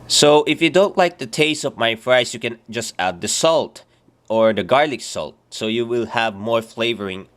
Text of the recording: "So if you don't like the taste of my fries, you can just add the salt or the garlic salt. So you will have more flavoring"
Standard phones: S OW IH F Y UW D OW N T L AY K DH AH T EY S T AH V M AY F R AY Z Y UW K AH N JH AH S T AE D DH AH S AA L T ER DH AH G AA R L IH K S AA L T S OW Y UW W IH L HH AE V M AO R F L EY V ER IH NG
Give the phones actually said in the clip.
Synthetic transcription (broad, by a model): S OW IH F Y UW D OW N T L AY K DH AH T EY S T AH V M AY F R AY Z Y UW K AH N JH AH S T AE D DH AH S AA L T ER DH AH G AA R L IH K S AA L T S OW Y UW W IH L HH AE V M AO R F L EY V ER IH NG